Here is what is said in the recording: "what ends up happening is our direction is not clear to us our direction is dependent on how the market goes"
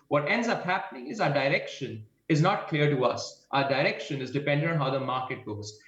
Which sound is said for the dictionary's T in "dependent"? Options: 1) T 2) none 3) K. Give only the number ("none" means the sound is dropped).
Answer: 2